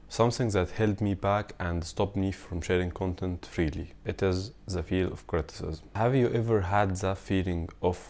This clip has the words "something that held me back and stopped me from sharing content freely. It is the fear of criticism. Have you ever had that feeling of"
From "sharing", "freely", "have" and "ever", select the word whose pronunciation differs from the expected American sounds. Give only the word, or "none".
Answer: none